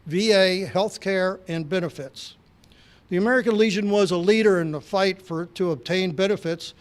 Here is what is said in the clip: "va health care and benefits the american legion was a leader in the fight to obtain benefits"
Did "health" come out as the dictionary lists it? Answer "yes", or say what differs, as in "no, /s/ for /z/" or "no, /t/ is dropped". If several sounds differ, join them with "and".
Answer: yes